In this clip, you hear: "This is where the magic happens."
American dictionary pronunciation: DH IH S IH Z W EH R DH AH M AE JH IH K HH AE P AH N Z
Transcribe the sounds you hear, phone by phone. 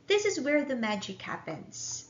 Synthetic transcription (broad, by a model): DH IH S IH Z W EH R DH AH M AE JH IH K HH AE P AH N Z